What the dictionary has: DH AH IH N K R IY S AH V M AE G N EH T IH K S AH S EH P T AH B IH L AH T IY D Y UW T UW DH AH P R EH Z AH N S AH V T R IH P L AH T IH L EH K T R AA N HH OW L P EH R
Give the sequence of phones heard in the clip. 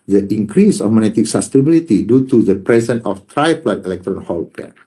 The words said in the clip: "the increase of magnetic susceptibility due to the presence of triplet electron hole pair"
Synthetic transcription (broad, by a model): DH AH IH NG K R IY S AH F M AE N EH T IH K S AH S T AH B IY L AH T IY D Y UW T UW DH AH P R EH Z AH N AH F T R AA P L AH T IH L EH K T R AA N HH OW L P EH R